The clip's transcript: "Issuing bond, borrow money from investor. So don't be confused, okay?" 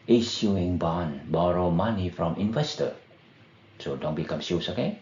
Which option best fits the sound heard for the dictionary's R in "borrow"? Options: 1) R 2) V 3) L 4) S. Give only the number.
1